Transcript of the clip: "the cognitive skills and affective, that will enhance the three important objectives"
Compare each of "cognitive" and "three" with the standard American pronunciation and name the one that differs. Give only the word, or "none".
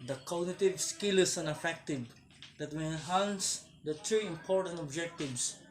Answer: three